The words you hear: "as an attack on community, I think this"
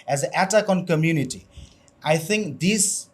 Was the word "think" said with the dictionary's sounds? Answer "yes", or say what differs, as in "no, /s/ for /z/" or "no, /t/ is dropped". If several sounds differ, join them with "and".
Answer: yes